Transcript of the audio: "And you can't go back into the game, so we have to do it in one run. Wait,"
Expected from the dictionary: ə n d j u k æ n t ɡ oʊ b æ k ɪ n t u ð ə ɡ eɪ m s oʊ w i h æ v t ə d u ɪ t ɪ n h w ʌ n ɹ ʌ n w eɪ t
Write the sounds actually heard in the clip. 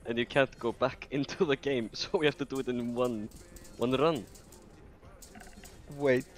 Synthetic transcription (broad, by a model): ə n j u k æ n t ɡ oʊ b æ k ɪ n t u ð ə ɡ eɪ m s oʊ w i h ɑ f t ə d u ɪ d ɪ n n w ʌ n ɹ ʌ n w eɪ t